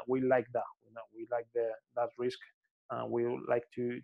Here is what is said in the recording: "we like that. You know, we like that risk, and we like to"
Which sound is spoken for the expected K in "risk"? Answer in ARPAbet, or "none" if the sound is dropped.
K